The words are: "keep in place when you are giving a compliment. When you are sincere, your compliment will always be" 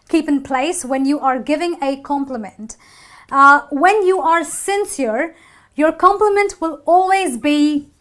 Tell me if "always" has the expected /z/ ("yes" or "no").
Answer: yes